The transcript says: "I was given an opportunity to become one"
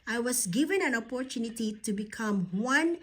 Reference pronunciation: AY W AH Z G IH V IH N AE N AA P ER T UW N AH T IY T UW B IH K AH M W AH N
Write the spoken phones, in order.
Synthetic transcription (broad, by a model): AY W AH S G IH V IH N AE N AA P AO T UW N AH T IY T UW B IH K AH M W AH N